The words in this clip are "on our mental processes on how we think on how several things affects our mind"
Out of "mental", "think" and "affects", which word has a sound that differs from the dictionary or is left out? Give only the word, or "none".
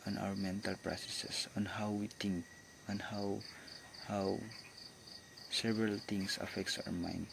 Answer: think